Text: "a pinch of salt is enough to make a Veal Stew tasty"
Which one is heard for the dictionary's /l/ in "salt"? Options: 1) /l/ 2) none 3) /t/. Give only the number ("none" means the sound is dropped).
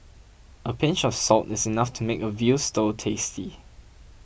1